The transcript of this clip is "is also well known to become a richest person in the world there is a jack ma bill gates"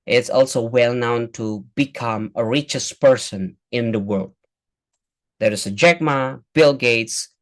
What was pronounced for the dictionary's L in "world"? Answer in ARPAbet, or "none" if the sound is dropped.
L